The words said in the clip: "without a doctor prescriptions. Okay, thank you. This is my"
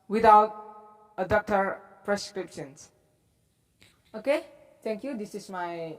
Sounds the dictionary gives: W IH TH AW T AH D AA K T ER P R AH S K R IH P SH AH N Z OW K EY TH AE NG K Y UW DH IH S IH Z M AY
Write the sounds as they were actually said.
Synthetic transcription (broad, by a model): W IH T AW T AH D AA K T ER P R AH S K R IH P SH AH N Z OW K EY T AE NG K Y UW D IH S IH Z M AY